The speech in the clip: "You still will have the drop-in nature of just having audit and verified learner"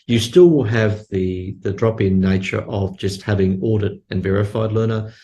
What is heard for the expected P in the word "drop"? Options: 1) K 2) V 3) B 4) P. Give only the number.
4